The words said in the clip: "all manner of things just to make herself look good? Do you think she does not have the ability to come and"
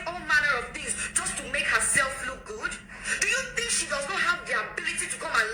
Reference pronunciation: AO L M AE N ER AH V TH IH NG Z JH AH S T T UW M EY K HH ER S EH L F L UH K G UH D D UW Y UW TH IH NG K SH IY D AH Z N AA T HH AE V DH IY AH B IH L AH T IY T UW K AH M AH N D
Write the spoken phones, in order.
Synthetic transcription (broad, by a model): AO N M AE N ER AH V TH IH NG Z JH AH S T T UW M EY K HH ER S EH L F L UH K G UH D D UW Y UW TH IH NG K SH IY D AH Z N AA T HH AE V DH IY AH B IH L AH T IY T UW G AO AH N